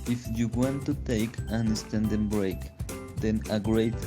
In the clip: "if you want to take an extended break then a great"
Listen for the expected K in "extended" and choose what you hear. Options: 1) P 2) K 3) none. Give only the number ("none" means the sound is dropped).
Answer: 3